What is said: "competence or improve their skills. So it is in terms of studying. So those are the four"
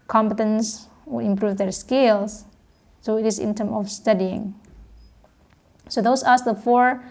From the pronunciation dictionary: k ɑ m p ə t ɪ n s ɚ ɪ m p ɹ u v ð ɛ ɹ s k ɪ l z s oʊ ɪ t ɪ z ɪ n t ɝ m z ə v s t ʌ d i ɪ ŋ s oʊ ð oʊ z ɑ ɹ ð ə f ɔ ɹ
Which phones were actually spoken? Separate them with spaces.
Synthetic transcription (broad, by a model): k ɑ m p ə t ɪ n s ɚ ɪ m p ɹ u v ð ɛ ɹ s k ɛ l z s oʊ ɪ t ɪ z ɪ n t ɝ m ə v s t ʌ d i ɪ ŋ s oʊ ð oʊ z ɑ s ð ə f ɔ ɹ